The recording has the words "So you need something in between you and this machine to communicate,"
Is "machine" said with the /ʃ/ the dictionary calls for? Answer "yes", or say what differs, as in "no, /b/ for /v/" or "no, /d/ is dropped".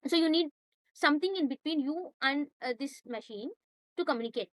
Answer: yes